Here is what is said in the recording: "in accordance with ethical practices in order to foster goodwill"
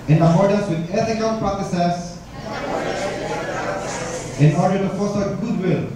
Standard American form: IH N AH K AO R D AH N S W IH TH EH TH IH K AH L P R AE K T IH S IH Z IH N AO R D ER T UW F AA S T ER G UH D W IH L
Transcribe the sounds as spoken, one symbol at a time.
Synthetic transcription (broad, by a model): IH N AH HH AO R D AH S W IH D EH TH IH K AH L P R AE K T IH S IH S IH N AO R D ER T UW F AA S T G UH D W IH L